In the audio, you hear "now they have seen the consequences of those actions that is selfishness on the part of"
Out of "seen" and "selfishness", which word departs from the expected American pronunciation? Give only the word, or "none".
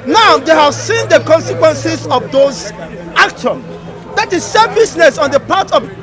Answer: selfishness